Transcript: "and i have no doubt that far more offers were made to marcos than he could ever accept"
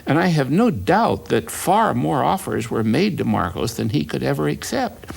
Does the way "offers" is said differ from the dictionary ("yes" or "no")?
no